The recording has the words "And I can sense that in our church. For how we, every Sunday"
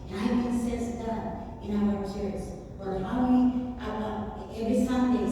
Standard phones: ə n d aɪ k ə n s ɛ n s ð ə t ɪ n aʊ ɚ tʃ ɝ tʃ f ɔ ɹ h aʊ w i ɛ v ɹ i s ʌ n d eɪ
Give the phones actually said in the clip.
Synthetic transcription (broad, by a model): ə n aɪ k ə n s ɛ s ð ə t ɪ n aʊ ɚ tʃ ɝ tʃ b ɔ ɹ h aʊ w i ɛ v ɹ i s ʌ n d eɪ